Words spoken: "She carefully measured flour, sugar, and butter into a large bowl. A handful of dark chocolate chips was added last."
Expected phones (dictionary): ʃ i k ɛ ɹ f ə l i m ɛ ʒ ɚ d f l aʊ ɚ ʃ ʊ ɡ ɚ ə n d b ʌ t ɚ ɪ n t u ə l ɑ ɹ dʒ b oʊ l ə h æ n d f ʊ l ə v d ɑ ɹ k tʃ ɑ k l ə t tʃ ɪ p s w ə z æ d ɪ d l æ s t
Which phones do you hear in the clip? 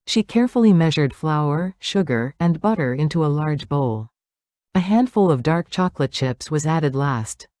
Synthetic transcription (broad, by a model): ʃ i k ɛ ɹ f l i m ɛ ʒ ɚ d f l aʊ ɚ ʃ ʊ ɡ ɚ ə n b ʌ t ɚ ɪ n t u ə l ɑ ɹ dʒ b oʊ l ə h æ n d f ʊ l ə v d ɑ ɹ k tʃ ɑ k l ə t tʃ ɪ p s w ə z æ d ɪ d l æ s t